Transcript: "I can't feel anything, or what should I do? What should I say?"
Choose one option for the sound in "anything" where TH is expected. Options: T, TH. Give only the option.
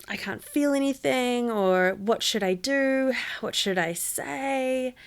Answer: TH